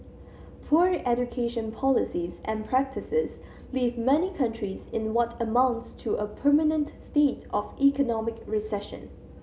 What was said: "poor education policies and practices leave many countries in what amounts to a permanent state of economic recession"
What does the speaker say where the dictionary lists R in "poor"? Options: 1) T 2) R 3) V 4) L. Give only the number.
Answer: 2